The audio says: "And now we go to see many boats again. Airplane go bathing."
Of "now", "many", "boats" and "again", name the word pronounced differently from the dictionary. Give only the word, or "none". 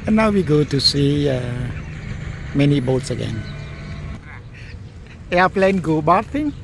none